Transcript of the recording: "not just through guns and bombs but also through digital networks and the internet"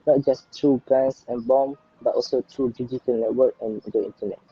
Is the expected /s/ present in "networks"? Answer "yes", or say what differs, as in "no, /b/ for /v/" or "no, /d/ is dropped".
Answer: no, /s/ is dropped